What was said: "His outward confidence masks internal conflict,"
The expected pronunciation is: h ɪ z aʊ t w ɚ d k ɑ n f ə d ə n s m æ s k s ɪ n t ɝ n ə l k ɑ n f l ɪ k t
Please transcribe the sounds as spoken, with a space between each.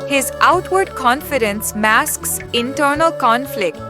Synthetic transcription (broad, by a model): h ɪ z aʊ t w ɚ d k ɑ n f ə d ə n s m æ s k s ɪ n t ɝ n ə l k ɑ n f l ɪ k t